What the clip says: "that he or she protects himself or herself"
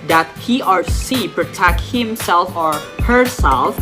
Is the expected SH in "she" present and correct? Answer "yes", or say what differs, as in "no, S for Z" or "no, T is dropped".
no, S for SH